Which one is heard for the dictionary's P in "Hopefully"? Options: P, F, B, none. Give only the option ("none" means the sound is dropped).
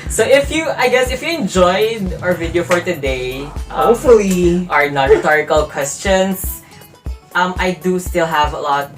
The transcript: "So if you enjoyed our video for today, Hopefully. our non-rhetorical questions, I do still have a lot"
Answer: none